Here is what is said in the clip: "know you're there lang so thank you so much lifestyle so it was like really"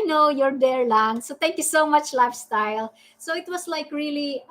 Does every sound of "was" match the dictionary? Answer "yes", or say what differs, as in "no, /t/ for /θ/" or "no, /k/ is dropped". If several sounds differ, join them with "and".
no, /s/ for /z/